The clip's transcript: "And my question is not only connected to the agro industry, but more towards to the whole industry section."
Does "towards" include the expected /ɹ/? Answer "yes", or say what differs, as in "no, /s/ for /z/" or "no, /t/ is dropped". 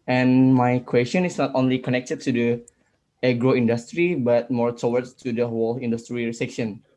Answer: no, /w/ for /ɹ/